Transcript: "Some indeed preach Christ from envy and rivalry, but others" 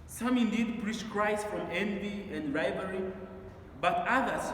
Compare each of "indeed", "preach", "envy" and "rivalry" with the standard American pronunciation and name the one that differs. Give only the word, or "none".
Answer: rivalry